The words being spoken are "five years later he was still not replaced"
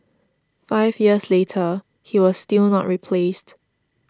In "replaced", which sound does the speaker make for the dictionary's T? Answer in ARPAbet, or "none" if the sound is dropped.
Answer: T